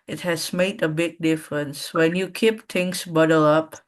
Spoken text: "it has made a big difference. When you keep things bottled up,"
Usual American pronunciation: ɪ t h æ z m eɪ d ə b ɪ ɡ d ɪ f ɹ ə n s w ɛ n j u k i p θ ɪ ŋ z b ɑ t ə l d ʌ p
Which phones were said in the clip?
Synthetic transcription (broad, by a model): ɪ t h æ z m eɪ d ə b ɪ ɡ d ɪ f ɹ ə n s w ɛ n j u k i p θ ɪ ŋ s b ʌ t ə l ʌ p